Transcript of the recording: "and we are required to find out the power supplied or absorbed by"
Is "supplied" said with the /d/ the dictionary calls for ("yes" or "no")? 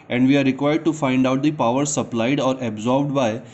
yes